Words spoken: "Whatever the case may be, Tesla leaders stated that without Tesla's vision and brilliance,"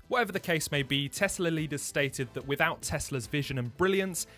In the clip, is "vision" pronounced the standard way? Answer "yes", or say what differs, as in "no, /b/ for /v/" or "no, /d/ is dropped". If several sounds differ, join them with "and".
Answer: yes